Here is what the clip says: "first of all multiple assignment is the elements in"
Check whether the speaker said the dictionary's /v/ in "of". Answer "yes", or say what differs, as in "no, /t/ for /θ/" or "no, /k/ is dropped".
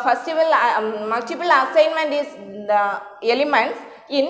yes